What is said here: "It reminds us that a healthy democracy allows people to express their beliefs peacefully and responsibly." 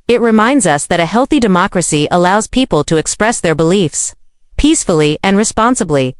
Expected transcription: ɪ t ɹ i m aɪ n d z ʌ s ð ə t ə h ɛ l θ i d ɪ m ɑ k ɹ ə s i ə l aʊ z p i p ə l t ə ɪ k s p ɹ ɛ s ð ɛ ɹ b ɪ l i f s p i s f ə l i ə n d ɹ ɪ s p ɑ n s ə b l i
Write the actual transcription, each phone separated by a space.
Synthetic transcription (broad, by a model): ɪ t ɹ i m aɪ n d z ʌ s ð ə t ə h ɛ l θ i d ɪ m ɑ k ɹ ə s i ə l aʊ z p i p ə l t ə ɪ k s p ɹ ɛ s ð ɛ ɹ b ɪ l i f s p i s f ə l i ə n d ɹ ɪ s p ɑ n s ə b l i